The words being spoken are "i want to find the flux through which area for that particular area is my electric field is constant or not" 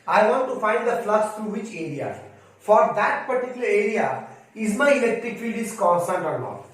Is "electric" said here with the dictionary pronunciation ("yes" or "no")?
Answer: yes